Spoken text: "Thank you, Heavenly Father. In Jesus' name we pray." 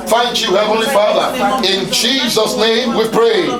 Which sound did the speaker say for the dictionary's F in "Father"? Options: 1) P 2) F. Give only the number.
2